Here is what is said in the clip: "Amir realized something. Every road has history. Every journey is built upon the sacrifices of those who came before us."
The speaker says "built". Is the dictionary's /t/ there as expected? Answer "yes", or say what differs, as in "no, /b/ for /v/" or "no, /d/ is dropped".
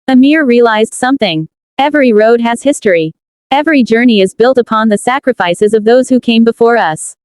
yes